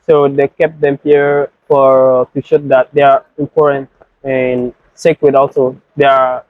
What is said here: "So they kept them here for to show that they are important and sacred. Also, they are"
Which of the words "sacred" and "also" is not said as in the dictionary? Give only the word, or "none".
sacred